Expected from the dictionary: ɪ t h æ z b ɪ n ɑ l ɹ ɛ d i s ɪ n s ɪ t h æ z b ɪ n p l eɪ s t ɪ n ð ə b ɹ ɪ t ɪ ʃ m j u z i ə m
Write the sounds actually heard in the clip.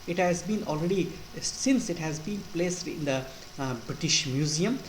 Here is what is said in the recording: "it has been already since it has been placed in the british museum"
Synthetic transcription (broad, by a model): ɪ t h æ z b ɪ n ɑ l ɹ ɛ d i s ɪ n s ɪ t h æ z b ɪ n p l eɪ s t ɪ n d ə b ɹ ɪ t ɪ ʃ m j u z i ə m